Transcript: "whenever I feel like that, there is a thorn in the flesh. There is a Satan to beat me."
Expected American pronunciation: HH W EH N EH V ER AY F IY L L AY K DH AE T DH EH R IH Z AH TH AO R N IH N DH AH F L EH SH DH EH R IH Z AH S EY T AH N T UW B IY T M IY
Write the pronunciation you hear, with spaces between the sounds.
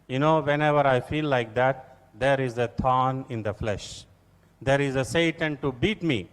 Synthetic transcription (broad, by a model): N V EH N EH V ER AY F IY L L AY K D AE T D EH R IH Z AH T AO N IH N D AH F L EH SH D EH R IH Z AH S EY T AH N T UW B IY T M IY